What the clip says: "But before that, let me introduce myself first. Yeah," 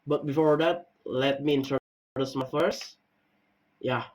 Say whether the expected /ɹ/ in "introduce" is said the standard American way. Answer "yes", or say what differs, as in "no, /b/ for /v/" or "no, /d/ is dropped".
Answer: no, /ɹ/ is dropped